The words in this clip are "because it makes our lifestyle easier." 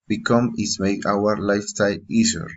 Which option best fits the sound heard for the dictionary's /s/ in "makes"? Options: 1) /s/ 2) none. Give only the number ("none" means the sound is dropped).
2